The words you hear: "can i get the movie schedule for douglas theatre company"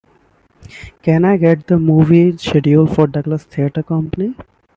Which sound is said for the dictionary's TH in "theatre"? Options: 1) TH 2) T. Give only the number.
2